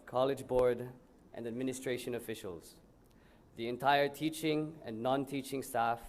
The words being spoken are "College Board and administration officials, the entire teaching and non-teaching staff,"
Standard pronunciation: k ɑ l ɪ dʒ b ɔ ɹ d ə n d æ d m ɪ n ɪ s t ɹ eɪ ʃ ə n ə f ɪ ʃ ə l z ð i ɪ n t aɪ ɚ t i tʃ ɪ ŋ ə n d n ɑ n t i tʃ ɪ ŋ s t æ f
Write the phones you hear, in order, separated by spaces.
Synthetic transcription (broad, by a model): k ɑ l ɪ dʒ b ɔ ɹ d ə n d æ d m ɪ n ɪ s t ɹ eɪ ʃ ə n ə f ɪ ʃ ə l z ð i ɪ n t aɪ ɚ t i tʃ ɪ ŋ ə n n ɑ n t i tʃ ɪ ŋ s t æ f